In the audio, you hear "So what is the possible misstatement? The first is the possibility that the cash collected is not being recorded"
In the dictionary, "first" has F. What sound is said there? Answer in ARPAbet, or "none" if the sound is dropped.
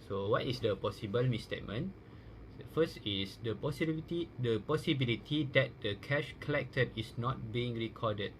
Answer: P